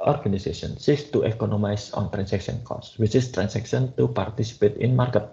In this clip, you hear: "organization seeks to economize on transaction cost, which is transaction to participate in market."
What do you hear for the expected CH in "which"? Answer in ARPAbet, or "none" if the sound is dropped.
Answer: CH